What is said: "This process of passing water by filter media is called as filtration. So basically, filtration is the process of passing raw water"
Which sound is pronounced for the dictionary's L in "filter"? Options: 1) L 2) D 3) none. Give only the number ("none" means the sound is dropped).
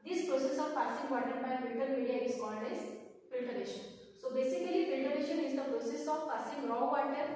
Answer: 3